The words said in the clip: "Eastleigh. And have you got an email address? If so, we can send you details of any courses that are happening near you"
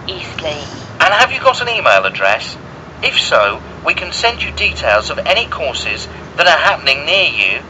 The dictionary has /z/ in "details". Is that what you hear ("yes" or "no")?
yes